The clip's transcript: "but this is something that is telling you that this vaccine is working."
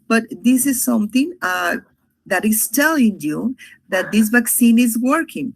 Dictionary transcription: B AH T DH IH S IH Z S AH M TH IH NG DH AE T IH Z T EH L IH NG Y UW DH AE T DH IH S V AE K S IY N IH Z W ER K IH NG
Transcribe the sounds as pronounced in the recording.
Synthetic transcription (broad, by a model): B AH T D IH S IH Z S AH M T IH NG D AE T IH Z T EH L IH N Y UW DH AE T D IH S V AE K S IY N IH Z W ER K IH NG